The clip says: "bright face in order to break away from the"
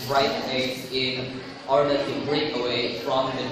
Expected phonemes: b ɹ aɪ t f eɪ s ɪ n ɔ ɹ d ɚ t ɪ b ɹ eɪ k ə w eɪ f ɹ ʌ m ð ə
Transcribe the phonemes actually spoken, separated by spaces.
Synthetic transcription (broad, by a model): ɹ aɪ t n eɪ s ɪ n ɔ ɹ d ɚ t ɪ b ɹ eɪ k ə w eɪ f ɹ ʌ m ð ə